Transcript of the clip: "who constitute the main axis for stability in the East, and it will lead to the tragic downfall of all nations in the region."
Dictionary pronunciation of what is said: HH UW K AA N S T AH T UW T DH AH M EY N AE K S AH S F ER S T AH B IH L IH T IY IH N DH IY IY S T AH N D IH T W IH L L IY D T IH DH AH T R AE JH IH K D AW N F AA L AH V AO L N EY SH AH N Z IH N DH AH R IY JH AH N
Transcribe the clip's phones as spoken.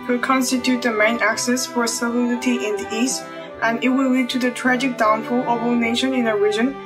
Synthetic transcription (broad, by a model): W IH K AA N S T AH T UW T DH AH M EY N AE K S AH S F ER S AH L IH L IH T IY IH N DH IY IY S T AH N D IH T W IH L L IY D T IH DH AH T R AE JH IH K D AW N F AA L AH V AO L N EY SH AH N IH N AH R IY JH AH N